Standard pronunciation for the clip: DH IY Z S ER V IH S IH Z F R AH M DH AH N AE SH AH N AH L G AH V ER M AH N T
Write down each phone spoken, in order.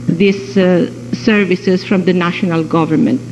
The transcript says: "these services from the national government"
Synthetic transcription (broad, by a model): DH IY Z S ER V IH S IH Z F R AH M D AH N AE SH AH N AH L G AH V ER M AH N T